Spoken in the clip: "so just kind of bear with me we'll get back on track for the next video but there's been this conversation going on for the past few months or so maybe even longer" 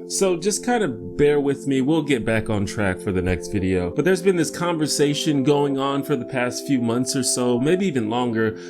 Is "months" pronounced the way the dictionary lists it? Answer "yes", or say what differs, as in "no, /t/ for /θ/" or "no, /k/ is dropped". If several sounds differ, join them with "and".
yes